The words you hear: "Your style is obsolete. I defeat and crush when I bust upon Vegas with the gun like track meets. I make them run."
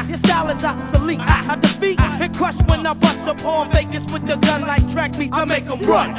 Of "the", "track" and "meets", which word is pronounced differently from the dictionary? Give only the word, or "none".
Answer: meets